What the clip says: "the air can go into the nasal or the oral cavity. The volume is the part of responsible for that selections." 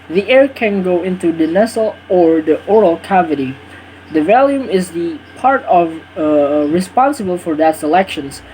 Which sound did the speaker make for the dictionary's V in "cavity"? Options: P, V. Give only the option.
V